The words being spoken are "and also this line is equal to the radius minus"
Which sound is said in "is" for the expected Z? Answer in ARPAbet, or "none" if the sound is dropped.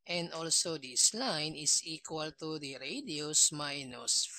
S